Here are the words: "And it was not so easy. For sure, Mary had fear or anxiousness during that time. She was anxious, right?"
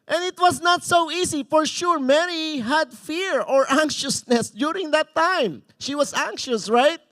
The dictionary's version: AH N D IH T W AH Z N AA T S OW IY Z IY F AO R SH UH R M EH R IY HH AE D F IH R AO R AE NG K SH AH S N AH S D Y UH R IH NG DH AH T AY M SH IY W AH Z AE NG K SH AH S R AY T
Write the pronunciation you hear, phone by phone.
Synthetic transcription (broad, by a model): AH N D IH T W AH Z N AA T S OW IY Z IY F AO R SH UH R M EH R IY HH AE D F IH R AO R AE NG K SH AH S N AH S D Y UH R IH NG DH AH T AY M SH IY W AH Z AE NG K SH AH S R AY T